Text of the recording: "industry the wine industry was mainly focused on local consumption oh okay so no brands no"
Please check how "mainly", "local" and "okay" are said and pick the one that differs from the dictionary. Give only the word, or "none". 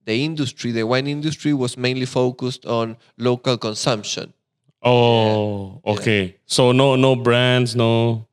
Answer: none